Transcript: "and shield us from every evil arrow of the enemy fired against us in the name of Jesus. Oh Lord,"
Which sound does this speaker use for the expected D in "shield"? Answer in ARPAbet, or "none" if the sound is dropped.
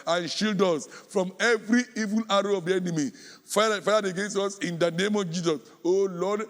D